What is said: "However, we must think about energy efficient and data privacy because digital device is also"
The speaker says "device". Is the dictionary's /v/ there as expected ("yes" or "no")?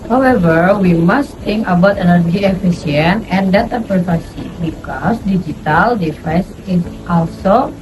no